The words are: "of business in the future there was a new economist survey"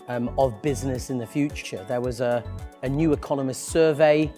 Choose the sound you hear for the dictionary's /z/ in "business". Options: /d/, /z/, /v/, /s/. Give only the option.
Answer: /z/